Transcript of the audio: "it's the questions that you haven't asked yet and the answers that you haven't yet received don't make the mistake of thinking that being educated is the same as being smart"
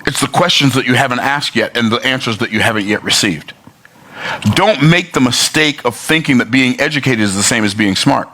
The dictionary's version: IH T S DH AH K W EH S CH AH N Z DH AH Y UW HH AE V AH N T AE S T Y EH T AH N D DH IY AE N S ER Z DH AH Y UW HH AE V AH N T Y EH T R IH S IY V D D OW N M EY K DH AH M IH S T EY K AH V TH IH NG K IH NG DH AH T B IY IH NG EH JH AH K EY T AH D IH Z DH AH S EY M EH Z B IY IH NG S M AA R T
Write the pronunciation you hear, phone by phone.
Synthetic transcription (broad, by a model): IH T S DH AH K W EH S CH AH N Z DH AH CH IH HH AE V AH N T AE S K Y EH T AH N DH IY AE N S ER Z DH AH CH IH HH AE V AH N T Y EH T R IH S IY V D D OW N M EY K DH AH M IH S T EY K AH V TH IH NG K IH NG DH AH T B IY IH NG EH JH AH K EY T AH D IH Z DH AH S EY M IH Z B IY IH NG S M AA R T